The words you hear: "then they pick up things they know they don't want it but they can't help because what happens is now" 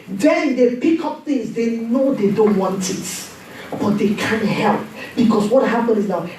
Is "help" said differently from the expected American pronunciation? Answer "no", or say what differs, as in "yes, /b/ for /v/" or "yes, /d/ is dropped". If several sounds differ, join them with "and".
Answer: no